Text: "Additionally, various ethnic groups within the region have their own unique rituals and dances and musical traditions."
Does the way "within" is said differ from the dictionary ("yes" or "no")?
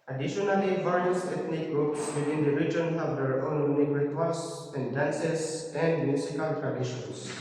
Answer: yes